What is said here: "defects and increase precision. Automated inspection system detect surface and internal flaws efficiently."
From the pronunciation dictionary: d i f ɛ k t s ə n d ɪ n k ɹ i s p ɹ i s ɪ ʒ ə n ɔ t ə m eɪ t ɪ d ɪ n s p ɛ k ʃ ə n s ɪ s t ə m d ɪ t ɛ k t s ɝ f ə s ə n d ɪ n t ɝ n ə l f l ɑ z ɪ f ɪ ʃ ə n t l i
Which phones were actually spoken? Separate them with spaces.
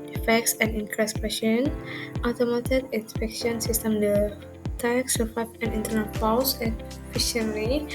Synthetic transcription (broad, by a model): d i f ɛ k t s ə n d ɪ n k ɹ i s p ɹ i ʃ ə n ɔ t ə m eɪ t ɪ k ɪ n s p ɛ k ʃ ə n s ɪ s t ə m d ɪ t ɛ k s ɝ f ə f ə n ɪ n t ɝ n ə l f ɑ s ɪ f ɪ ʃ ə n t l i